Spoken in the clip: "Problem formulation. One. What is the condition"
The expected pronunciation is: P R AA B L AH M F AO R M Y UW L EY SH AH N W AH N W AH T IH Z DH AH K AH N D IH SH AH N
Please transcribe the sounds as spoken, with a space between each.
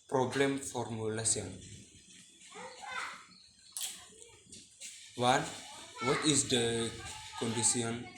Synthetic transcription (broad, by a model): P R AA B L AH M F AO R M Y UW L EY S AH N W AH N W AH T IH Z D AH K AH N D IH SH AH N